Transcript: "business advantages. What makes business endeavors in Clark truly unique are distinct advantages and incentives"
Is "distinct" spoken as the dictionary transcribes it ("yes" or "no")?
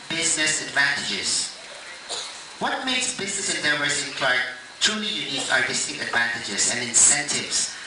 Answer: no